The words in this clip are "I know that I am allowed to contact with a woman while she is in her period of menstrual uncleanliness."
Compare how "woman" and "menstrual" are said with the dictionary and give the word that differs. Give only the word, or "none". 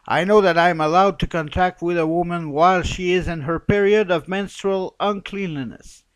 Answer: none